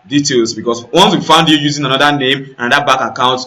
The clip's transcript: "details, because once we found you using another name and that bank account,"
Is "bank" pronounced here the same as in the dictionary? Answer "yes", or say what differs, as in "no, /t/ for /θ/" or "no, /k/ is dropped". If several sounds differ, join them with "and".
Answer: no, /ŋ/ is dropped